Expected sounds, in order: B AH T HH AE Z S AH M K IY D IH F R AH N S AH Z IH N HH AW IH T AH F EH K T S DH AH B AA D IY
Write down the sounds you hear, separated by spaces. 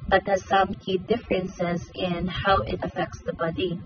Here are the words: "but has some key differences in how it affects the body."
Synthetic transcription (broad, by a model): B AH T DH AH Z S AH M K IY D IH F R AH N S AH Z IH N HH AW IH T AH F EH K T S DH AH B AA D IY